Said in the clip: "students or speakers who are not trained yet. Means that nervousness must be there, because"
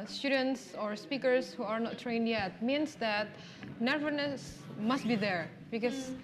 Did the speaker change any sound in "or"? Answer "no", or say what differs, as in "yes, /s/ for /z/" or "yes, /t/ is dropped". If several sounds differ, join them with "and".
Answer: no